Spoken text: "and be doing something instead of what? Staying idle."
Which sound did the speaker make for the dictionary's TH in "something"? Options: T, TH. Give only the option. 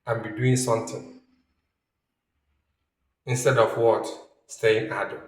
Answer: T